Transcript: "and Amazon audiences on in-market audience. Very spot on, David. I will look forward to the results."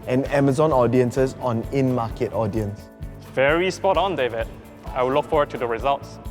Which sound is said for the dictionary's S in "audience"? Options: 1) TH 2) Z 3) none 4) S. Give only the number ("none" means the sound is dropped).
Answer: 4